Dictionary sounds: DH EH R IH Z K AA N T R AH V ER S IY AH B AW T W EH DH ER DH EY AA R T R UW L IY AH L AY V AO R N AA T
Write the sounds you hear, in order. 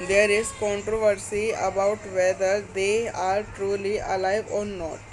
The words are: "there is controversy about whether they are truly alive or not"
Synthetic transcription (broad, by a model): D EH R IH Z K AA N T R AH V ER S IY AH B AW T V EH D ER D EY AA R T R UW L IY AH L AY V AO R N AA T